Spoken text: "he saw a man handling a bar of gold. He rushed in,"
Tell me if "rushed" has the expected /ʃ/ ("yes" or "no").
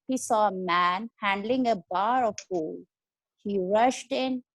yes